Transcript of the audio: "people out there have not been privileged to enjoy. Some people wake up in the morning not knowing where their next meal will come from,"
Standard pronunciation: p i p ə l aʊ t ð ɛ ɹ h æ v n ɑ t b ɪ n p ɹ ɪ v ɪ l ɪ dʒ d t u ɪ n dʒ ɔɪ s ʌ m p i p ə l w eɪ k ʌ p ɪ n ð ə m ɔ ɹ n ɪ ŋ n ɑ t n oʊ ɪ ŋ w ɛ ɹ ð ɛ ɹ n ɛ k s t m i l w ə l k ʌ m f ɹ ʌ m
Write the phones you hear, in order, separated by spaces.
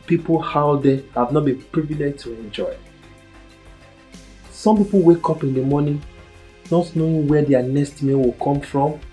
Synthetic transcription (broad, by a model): p i p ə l aʊ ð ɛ h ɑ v n ɑ t b ɪ n p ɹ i v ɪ l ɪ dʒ t u ɪ n dʒ ɔɪ s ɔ m p i p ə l w eɪ k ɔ p ɪ n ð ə m ɔ n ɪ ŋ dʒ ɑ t n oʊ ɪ w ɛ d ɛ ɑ n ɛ s t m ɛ w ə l k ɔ m f ɹ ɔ m